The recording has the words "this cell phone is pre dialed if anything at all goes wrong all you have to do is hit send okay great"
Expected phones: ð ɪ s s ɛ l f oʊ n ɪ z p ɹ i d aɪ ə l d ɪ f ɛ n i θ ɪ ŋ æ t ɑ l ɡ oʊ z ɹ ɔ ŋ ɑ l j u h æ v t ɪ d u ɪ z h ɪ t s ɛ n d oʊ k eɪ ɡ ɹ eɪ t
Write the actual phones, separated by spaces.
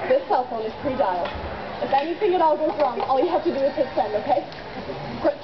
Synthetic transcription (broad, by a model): ð ɪ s s ɛ l f oʊ n ɪ z p ɹ i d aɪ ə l ɪ f ɛ n i θ ɪ ŋ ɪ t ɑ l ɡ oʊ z ɹ ɔ ŋ ɑ l j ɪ h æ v t ɪ d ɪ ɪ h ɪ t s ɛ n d oʊ k eɪ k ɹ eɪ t